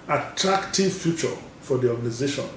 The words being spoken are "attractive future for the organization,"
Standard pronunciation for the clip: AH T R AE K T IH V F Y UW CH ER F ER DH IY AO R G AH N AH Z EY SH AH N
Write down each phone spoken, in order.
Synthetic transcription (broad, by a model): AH T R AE K T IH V F Y UW CH ER F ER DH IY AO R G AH N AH Z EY SH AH N